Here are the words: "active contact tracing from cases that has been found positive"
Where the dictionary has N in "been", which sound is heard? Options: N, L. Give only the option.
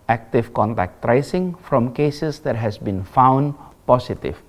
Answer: N